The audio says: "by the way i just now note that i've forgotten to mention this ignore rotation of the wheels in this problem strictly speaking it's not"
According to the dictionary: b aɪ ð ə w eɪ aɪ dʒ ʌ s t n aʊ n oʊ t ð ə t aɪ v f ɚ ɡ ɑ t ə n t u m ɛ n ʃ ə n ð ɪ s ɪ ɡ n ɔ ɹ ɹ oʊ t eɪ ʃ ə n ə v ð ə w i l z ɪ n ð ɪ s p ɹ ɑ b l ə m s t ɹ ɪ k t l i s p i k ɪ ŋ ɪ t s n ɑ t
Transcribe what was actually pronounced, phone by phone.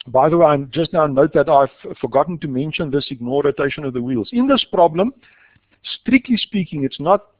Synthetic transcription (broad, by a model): b aɪ ð ə w eɪ aɪ dʒ ʌ s t n aʊ n oʊ t ð ə t aɪ v f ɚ ɡ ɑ t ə n t u m ɛ n ʃ ə n ð ɪ s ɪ ɡ n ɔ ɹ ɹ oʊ t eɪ ʃ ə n ə v ð ə w i l z ɪ n ð ɪ s p ɹ ɑ b l ə m s t ɹ ɪ k t l i s p i k ɪ ŋ ɪ t s n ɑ t